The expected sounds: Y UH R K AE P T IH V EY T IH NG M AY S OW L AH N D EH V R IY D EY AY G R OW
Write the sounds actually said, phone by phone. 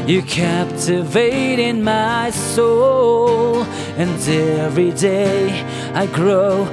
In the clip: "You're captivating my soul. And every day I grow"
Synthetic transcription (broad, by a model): Y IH K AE P T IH V EY T IH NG M AY S OW L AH N EH V R IY D EY AY G R OW